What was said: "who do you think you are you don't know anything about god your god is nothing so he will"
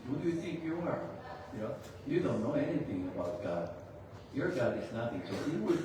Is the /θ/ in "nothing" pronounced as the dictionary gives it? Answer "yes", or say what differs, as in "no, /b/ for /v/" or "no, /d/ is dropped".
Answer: no, /t/ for /θ/